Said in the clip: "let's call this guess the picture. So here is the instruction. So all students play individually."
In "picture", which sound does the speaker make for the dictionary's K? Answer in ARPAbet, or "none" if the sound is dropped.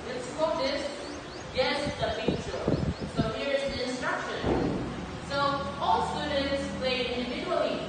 none